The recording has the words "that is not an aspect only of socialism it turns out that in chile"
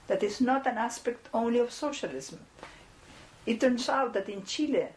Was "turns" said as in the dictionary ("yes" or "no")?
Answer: no